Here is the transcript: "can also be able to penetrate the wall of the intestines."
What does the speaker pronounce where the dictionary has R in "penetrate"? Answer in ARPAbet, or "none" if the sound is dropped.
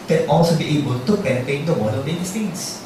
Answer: none